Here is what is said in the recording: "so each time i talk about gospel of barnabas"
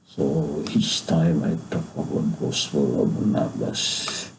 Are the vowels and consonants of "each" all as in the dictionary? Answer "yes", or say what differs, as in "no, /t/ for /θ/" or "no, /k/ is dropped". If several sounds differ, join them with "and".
no, /s/ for /tʃ/